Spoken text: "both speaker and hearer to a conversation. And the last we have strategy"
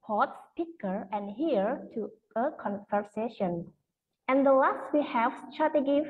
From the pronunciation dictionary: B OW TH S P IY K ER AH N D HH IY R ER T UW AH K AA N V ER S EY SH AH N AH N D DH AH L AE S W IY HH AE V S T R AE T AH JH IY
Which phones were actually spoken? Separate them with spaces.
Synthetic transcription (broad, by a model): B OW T S P IY K ER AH N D HH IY ER T UW AH K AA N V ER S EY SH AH N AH N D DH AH L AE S W IY HH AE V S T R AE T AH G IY